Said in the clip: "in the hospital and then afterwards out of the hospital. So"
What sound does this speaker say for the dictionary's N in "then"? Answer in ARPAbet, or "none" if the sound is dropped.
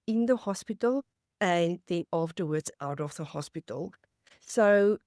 none